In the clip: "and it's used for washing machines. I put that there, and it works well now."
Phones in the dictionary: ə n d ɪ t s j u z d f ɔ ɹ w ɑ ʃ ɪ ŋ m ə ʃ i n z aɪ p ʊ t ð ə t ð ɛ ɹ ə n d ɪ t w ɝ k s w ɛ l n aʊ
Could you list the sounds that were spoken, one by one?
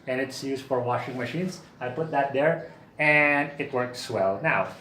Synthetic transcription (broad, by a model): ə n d ɪ t s j u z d f ɔ ɹ w ɑ ʃ ɪ ŋ m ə ʃ i n s aɪ p ʊ t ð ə t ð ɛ ɹ ə n d ɪ t w ɝ k s w ɛ l n aʊ